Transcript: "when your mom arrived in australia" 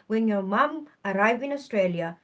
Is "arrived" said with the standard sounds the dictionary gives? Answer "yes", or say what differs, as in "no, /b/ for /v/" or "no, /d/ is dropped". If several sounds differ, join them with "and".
no, /d/ is dropped